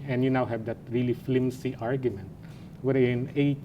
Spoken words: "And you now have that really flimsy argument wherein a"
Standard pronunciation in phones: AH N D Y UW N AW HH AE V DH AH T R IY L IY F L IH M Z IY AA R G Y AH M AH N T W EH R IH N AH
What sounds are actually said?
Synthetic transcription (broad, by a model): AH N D Y UW N AW HH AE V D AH T R IY L IY F L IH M S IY AA R G Y AH M AH N T W EH R IH N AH